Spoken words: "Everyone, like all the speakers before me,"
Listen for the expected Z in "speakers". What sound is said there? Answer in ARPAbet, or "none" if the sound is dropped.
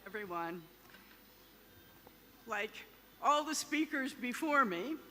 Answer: Z